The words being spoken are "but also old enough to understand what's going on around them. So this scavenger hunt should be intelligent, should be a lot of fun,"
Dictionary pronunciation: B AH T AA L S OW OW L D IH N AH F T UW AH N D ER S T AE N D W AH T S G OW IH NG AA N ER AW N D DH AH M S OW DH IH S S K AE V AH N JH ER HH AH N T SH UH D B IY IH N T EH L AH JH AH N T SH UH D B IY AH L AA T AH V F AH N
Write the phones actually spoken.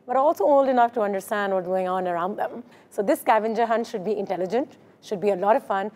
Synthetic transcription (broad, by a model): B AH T AA L S OW OW L D IH N AH F T UW AH N D ER S T AE N D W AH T G OW IH NG AA N ER AW N D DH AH M S OW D IH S S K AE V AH N JH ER HH AH N T SH UH D B IY IH N T EH L AH JH AH N T SH UH D B IY AH L AA T AH V F AH N